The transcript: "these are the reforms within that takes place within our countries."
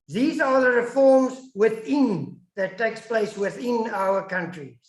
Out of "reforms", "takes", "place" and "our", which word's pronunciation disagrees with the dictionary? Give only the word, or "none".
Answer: none